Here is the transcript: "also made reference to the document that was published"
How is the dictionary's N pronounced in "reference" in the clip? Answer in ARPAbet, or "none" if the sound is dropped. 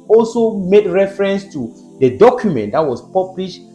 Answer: N